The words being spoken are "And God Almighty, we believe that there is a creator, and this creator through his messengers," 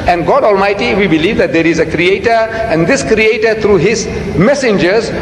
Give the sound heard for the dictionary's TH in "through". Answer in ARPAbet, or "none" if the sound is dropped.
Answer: T